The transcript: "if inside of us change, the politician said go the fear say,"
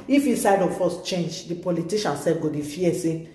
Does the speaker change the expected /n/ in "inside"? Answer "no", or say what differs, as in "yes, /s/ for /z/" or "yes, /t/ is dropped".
yes, /n/ is dropped